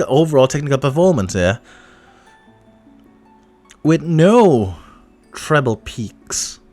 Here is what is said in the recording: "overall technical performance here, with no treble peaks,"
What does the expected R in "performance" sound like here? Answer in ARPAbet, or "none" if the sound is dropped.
L